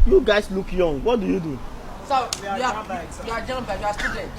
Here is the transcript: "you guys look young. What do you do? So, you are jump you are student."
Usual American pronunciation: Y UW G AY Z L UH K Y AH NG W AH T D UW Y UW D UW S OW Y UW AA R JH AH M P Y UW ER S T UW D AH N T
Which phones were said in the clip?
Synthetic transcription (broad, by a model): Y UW G AY S L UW K Y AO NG W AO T D UW Y UW D UW S OW Y UW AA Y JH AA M B Y UW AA S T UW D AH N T